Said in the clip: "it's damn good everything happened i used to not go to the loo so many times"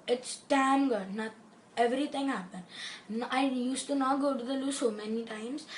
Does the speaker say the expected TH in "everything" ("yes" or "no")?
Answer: no